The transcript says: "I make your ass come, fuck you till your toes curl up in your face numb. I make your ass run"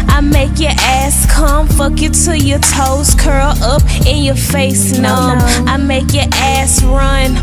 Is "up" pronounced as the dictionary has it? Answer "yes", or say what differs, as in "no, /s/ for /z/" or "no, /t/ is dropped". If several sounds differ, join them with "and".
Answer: yes